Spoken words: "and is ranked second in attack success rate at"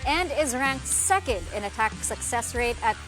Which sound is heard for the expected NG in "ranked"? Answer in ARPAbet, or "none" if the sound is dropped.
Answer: NG